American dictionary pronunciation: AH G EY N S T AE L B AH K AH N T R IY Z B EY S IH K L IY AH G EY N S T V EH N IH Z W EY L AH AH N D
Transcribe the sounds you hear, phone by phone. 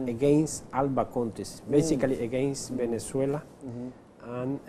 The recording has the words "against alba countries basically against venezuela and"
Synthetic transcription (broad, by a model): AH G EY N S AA L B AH K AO N T IY S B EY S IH K L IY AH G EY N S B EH N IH S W EY L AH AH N